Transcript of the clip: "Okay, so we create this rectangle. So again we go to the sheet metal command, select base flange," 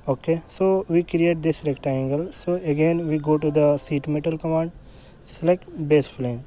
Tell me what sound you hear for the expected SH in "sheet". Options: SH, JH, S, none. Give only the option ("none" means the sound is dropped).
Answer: S